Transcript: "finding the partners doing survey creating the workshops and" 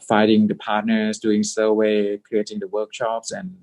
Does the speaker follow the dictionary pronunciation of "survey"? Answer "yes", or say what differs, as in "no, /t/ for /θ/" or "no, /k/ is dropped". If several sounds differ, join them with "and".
no, /w/ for /v/